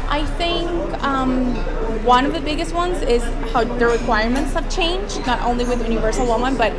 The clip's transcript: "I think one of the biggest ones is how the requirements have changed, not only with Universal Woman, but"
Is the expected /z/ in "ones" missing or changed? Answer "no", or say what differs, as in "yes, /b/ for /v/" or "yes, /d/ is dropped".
no